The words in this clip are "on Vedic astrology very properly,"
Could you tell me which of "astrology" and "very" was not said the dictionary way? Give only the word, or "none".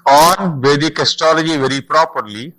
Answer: astrology